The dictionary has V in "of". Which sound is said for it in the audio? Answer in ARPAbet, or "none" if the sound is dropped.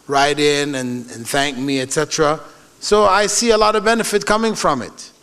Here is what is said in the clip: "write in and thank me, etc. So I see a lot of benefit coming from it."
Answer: V